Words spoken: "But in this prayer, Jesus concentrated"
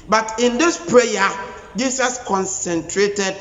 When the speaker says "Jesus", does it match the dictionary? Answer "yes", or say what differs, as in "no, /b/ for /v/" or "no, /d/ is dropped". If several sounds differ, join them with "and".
no, /s/ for /z/